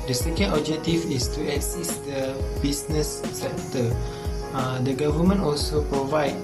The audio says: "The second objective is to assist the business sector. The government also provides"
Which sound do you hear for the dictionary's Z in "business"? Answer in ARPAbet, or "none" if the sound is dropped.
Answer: S